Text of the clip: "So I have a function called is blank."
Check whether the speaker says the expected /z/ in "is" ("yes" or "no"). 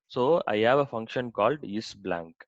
no